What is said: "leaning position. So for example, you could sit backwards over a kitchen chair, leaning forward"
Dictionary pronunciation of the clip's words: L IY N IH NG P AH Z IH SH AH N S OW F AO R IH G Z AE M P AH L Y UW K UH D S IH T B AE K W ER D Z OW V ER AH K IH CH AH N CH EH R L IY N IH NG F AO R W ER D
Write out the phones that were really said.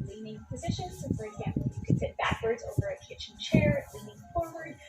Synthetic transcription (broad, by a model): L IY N IH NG P AH Z IH SH AH N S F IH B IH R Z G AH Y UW K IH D S IH T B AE K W ER D Z OW V ER AH K IH CH N CH EH R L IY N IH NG F AO R W ER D